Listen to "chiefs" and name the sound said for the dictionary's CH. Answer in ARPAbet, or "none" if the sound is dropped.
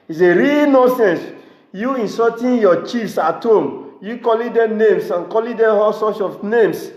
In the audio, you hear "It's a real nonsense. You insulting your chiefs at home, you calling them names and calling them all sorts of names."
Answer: CH